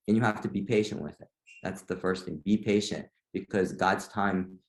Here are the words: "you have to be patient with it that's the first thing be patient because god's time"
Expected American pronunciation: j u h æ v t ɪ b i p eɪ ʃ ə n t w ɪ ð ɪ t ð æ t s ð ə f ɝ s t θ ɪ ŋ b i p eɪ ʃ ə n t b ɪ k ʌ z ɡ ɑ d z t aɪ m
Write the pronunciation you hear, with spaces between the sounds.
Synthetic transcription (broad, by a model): j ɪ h æ f t ɪ b i p eɪ ʃ ə n t w ɪ ð ɪ t ð æ t s ð ə f ɝ s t θ ɪ ŋ b i p eɪ ʃ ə n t b ɪ k ʌ z ɡ ɑ d z t aɪ m